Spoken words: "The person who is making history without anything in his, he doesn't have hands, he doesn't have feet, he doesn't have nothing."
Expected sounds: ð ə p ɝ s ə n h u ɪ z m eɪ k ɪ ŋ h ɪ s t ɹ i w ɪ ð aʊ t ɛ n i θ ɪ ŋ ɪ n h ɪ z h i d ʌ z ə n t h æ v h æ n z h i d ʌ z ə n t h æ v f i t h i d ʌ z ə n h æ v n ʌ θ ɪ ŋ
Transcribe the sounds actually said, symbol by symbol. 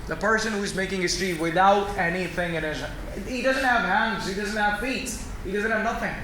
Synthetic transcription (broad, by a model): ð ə p ɝ s ə n h u ɪ z m eɪ k ɪ ŋ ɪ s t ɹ i w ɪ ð aʊ t ɛ n i θ ɪ ŋ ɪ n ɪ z h i d ʌ z ə n t h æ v h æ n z h i d ʌ z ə n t h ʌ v f i t h i d ʌ z ə n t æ v n ʌ θ ɪ ŋ